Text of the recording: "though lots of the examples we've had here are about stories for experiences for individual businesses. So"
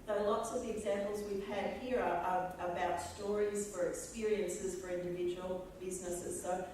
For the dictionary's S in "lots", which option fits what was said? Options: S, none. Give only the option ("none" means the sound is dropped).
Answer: S